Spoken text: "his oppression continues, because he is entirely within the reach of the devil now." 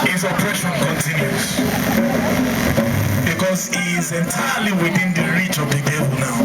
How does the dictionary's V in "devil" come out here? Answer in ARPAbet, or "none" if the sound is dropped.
V